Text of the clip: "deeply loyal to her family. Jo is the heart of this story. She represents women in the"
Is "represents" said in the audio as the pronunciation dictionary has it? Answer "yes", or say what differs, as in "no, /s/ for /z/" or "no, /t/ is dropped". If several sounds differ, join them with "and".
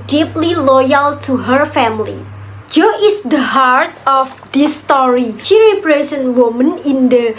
no, /s/ is dropped